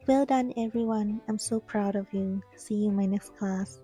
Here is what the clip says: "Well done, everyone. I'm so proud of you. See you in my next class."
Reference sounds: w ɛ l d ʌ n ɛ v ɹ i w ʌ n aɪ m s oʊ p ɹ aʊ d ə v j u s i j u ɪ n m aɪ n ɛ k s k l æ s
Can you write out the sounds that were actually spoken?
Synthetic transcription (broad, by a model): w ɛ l d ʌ n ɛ v ɹ i w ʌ n aɪ m s oʊ p ɹ aʊ d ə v j u s i j u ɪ m aɪ n ɛ k s k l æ s